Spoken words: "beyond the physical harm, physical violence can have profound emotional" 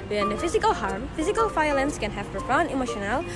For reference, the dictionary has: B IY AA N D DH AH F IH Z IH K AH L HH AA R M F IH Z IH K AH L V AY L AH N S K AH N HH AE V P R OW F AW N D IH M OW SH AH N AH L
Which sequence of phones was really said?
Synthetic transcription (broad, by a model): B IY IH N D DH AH F IH Z IH K AH L HH AA R M F IH Z IH K AH L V AY L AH N S K AH N HH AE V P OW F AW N IH M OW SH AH N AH L